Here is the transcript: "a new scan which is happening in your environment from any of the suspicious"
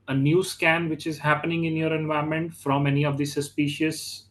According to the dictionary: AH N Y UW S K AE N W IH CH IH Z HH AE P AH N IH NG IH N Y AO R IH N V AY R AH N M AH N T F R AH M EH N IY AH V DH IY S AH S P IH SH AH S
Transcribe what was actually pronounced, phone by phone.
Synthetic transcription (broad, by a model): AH N Y UW S K AE N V IH CH IH Z HH AE P AH N IH NG IH N Y AO R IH N V AY AH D M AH N T F R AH M EH N IY AH V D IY S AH S P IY SH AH S